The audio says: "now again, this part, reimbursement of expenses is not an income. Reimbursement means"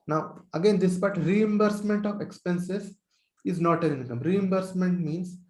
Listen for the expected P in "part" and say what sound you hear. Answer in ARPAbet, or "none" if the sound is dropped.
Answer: B